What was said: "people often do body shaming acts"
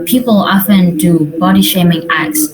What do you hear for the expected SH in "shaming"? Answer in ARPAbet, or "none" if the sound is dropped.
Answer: SH